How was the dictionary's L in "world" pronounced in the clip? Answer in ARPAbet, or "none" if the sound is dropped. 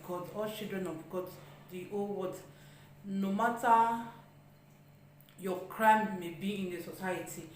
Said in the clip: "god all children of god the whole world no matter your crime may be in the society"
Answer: none